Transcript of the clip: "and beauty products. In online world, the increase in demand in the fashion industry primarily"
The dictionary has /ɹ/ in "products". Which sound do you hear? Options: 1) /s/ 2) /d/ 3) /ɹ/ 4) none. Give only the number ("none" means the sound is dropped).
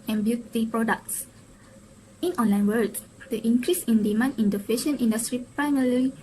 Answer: 3